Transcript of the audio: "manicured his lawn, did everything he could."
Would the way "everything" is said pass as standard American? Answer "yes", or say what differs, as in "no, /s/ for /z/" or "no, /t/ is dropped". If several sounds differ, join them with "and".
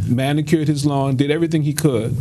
yes